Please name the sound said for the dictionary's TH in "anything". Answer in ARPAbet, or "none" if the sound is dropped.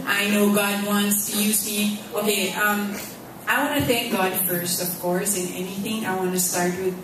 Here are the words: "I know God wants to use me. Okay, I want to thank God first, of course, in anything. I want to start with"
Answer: TH